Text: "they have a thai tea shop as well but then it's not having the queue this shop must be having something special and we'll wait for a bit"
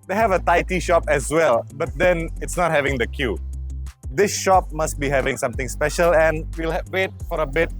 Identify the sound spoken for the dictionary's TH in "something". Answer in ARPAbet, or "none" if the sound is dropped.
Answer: T